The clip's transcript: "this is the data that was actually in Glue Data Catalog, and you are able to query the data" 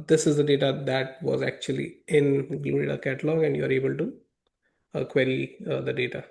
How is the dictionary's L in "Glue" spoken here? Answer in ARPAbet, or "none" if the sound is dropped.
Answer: none